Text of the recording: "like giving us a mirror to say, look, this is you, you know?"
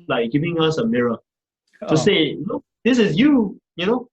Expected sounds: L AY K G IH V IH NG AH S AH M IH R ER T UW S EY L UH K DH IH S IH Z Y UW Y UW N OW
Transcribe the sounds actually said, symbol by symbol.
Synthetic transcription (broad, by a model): L AY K G IH V IH NG AH S AH M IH R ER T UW S EY N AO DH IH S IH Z Y UW Y UW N OW